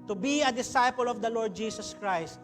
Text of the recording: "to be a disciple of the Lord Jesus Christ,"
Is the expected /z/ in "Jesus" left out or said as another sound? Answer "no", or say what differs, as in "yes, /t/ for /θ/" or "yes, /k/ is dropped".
yes, /s/ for /z/